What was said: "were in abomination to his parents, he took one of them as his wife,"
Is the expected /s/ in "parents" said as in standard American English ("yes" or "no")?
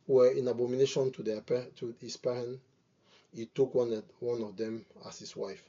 no